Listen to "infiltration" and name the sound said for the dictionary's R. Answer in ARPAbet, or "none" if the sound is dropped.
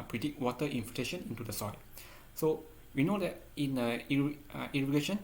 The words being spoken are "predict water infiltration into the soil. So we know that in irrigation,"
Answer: none